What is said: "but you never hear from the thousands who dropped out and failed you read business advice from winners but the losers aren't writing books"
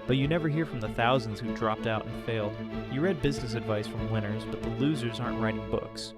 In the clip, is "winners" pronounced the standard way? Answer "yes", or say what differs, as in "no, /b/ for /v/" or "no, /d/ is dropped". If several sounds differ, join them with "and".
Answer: yes